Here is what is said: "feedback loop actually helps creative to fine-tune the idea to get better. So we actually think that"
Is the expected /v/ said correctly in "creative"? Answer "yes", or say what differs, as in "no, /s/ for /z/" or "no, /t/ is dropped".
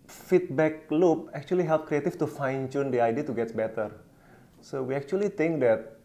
no, /f/ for /v/